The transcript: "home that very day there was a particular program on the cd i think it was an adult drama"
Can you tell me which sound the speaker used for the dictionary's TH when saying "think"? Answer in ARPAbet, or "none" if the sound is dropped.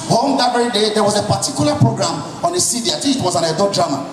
T